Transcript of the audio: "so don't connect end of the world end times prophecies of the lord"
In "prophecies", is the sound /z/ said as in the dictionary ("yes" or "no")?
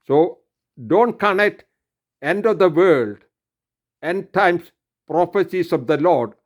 no